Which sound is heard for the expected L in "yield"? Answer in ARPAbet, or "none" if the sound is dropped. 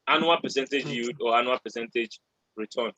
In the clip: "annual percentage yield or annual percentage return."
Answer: none